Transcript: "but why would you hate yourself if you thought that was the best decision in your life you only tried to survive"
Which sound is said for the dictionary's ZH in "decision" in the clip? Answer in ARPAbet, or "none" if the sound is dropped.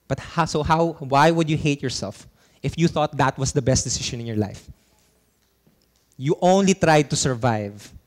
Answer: SH